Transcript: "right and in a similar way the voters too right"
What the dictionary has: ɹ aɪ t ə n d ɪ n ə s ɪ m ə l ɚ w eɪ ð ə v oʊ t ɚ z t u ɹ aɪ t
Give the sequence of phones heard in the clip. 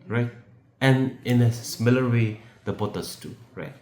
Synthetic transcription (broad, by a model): ɹ aɪ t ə n ɪ n ə s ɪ m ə l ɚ w eɪ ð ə b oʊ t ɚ s t u ɹ aɪ t